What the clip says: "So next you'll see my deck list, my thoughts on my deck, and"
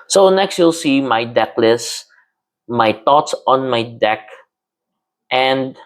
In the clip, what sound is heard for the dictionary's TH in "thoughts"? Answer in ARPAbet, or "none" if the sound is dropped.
T